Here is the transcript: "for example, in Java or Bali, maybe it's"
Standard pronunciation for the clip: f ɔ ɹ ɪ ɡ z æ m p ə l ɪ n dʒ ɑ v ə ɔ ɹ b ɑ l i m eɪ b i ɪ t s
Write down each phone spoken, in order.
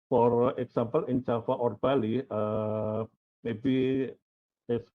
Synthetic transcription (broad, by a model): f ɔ ɹ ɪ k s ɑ m p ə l ɪ n tʃ ɑ f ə ɔ ɹ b ɑ l i m eɪ b i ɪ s